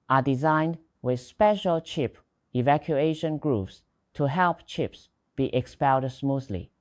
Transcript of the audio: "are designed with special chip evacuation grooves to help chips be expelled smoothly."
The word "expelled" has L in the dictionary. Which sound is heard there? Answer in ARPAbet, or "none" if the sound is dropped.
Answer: N